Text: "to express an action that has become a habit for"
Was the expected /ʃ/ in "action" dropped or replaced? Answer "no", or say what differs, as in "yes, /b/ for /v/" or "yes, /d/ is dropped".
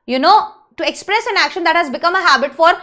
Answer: no